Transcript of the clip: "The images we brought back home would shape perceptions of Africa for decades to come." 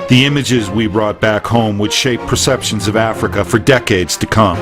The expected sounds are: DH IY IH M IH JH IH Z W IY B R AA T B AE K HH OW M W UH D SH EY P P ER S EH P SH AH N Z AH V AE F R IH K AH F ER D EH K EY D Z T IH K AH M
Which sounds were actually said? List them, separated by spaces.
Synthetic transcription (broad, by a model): DH IY IH M IH JH IH Z W IY B R AA T B AE K HH OW M W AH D SH EY P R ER S EH P SH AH N Z AH V AE F R IH K AH F ER D EH K EY D Z T IH K AH M